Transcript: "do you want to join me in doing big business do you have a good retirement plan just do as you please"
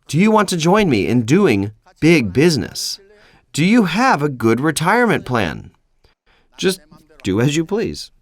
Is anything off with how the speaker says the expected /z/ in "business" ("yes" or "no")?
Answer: no